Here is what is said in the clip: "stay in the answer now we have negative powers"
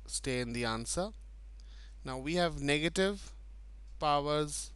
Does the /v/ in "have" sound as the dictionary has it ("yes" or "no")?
yes